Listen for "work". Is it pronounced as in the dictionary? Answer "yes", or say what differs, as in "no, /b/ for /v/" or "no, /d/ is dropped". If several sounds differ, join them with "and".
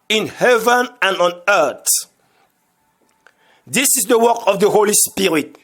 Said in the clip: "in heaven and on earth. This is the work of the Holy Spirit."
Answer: yes